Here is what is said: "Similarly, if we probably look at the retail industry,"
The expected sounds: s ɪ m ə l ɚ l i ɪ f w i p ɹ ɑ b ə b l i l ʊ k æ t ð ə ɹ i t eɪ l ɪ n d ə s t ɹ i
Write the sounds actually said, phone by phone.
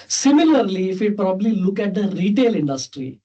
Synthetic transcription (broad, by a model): s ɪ m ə l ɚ l i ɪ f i p ɹ ɑ b ə b l i l ʊ k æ t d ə ɹ i t eɪ l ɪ n d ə s t ɹ i